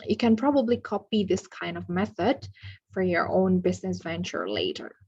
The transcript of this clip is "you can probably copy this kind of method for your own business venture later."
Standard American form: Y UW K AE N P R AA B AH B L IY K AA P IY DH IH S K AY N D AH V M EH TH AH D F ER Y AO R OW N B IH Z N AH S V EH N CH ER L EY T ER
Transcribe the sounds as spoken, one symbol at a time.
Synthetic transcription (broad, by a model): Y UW K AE N P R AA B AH B L IY K AA P IY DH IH S K AY N D AH V M EH TH AH D F ER Y AO R OW N B IH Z N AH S V EH N CH ER L EY T ER